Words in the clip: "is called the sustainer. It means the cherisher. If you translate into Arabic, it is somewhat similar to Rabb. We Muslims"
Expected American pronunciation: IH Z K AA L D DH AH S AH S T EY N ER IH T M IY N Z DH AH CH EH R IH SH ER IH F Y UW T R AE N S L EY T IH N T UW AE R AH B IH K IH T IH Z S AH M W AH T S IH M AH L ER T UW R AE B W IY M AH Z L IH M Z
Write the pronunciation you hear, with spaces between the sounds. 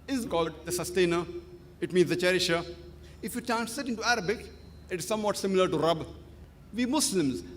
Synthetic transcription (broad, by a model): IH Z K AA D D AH S AH S T EY N ER IH T M IY N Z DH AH CH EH R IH SH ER IH F Y UW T AE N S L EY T IH N T UW AE R AH B IH K IH T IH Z S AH M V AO T S IH M AH L ER T UW R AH B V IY M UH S L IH M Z